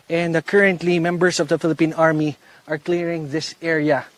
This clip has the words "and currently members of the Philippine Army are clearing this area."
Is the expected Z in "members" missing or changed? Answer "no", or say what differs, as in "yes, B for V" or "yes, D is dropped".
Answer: yes, S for Z